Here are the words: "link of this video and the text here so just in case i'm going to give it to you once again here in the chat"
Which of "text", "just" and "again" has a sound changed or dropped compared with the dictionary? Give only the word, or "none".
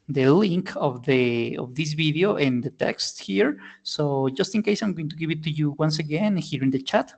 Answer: none